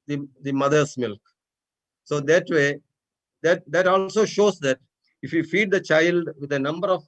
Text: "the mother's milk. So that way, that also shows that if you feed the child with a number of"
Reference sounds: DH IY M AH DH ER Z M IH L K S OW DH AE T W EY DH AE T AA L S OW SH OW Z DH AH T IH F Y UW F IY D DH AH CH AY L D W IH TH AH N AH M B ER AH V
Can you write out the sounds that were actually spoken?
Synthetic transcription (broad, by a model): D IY M AH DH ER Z M IH L K S OW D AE T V EY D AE T AA L S OW SH OW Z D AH T IH F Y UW F IY D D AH CH AY L D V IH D AH N AH M B ER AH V